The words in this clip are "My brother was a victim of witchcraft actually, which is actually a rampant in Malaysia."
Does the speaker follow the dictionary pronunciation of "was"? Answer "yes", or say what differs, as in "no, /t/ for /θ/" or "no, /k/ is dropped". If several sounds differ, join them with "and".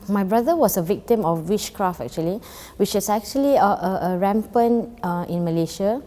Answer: no, /s/ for /z/